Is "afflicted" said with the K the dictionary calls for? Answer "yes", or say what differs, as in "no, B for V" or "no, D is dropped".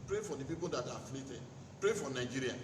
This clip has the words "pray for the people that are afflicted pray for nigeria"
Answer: no, K is dropped